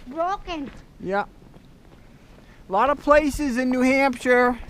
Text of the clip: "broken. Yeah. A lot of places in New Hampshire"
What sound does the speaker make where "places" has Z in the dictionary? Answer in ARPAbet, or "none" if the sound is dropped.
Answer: Z